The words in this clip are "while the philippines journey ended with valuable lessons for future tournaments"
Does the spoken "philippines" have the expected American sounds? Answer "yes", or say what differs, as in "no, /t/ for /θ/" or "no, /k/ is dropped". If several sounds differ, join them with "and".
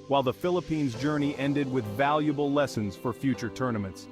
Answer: yes